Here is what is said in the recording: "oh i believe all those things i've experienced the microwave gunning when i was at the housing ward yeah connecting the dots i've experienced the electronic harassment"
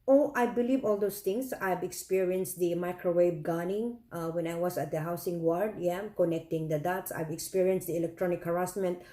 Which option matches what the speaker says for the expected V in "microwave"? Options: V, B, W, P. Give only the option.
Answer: B